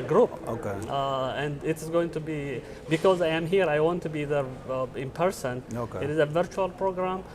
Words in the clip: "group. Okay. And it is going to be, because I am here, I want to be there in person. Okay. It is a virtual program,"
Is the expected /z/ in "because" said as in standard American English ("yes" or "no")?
yes